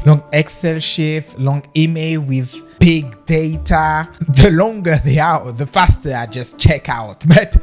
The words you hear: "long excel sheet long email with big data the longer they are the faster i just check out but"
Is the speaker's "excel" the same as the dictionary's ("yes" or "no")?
yes